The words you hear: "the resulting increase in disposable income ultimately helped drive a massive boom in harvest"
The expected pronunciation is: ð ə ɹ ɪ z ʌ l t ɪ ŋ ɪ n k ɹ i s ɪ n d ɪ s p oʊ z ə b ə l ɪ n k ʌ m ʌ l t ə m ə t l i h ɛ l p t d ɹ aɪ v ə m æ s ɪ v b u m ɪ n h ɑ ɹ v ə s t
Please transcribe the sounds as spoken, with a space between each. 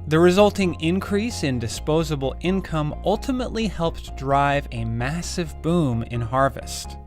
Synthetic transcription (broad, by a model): ð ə ɹ ɪ z ʌ l t ɪ ŋ ɪ n k ɹ i s ɪ n d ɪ s p oʊ z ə b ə l ɪ n k ʌ m ʌ l t ə m ə t l i h ɛ l p t d ɹ aɪ v ə m æ s ɪ v b u m ɪ n h ɑ ɹ v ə s t